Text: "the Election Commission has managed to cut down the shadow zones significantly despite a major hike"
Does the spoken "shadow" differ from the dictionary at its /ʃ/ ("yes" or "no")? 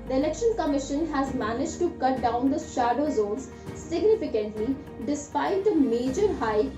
no